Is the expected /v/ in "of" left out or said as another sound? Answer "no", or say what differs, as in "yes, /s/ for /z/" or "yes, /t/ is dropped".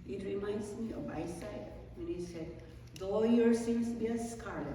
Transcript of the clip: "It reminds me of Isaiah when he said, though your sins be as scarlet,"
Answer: yes, /b/ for /v/